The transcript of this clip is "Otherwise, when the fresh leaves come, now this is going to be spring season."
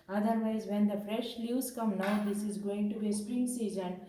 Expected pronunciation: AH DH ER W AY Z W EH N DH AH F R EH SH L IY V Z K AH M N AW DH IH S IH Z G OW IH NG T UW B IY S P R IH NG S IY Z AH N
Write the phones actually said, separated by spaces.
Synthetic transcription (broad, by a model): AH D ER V AY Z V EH N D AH F R EH SH L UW Z K AH M N AW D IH S IH Z G OW IH NG T UW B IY S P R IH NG S IY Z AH N